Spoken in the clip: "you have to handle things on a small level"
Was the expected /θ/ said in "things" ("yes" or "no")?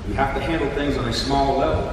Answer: yes